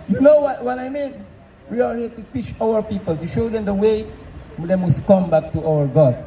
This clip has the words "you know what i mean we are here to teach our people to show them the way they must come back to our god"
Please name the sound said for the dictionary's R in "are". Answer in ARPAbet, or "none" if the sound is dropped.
L